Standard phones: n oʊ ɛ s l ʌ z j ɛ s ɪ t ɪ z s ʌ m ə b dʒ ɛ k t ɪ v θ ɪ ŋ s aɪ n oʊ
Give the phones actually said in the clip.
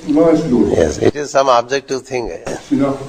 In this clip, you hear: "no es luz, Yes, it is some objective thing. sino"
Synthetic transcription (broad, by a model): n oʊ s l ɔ j ɛ s ɪ t ɪ z s ʌ m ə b dʒ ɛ k t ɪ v t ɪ ŋ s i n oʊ